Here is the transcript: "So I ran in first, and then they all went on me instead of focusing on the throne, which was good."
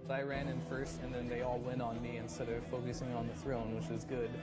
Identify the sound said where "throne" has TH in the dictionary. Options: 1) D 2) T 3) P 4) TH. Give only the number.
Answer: 4